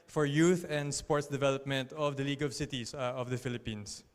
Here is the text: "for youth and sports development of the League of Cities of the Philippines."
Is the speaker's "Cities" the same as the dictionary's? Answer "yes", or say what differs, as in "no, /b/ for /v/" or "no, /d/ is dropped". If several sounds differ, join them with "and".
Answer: no, /s/ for /z/